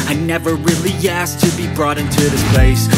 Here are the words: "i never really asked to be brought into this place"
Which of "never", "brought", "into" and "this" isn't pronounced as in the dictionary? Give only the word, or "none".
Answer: none